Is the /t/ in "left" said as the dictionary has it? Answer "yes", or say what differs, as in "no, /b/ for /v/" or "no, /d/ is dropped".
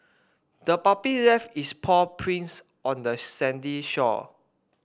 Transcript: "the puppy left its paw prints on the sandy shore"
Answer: no, /t/ is dropped